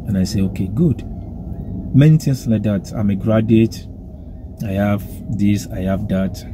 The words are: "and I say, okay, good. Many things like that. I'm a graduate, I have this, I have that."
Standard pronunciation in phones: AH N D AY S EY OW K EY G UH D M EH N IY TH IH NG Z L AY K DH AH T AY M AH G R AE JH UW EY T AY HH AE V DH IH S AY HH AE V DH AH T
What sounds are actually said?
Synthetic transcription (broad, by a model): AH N AY S EY OW K EY G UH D M EH N IY T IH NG S L AY K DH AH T AY M AH G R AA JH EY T AY HH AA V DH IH S AY HH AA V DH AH T